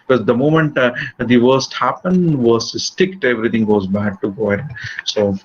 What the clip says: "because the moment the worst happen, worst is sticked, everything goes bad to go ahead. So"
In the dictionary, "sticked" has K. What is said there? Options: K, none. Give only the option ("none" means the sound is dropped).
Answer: K